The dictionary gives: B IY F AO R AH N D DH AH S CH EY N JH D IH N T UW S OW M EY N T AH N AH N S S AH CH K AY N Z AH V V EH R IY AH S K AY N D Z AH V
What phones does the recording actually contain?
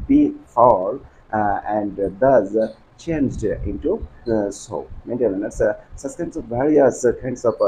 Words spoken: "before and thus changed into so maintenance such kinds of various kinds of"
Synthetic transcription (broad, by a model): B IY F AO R AH N D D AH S CH EY N JH D IH N T UW S OW M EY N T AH L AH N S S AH S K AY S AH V V EH R IY AH S K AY N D S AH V